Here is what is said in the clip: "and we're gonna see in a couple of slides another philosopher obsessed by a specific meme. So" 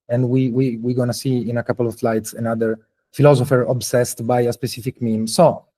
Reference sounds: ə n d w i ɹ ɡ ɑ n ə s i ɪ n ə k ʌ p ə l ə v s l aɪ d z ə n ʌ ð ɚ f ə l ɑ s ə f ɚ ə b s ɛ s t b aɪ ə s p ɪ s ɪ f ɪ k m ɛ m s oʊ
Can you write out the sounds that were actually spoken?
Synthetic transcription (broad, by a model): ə n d w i w ɡ ɑ n ə s i ɪ n ə k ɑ p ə l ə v l aɪ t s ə n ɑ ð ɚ f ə l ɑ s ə f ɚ ə b s ɛ s t b aɪ ə s p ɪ s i f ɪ k m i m s oʊ